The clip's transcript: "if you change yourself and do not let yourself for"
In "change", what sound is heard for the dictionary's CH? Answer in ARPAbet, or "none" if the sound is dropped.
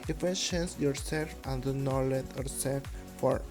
SH